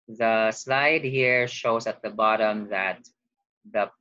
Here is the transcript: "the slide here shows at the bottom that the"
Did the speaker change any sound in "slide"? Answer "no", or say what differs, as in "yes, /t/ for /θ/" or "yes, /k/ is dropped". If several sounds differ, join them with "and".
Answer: no